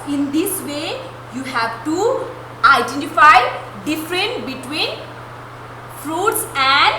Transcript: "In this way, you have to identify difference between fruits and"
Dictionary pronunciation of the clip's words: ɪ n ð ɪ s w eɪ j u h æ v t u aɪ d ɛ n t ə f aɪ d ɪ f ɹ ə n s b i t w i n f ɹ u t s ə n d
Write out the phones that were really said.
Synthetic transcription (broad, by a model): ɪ n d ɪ s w eɪ j u h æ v t u aɪ d ɛ n t ə f aɪ d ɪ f ɹ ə n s b i t w i n f ɹ u t s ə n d